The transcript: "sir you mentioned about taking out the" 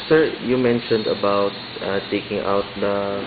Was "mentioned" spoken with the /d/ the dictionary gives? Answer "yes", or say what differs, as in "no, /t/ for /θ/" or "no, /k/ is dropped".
yes